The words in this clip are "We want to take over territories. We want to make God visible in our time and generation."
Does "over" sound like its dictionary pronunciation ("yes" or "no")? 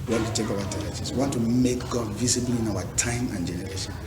no